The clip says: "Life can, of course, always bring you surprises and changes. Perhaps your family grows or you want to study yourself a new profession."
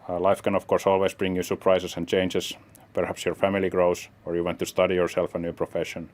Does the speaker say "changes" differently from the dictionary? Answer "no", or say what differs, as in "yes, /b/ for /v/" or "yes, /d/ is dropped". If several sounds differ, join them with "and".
yes, /s/ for /z/